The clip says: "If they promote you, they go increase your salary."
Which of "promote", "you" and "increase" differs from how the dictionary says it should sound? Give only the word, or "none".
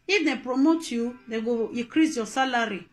increase